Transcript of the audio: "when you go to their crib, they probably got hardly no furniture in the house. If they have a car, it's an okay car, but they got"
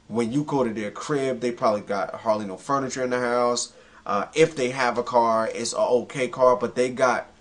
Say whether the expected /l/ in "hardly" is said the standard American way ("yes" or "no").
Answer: yes